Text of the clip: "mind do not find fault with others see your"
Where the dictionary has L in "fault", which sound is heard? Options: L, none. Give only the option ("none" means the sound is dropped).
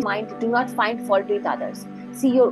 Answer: none